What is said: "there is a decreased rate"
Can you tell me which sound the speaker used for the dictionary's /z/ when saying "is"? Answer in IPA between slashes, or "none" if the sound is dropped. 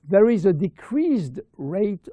/z/